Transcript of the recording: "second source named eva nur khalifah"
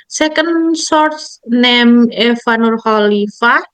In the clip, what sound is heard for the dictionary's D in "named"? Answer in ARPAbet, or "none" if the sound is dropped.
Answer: none